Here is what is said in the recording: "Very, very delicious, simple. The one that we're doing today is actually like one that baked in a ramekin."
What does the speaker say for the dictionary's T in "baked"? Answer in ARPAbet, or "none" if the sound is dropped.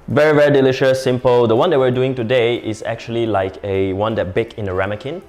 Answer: none